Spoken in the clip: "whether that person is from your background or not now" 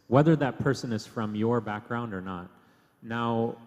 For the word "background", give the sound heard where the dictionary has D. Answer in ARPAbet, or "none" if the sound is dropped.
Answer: D